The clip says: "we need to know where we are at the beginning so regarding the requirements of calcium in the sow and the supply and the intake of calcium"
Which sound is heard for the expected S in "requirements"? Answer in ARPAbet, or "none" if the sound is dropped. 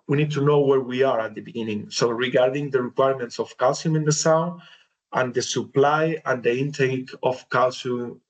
S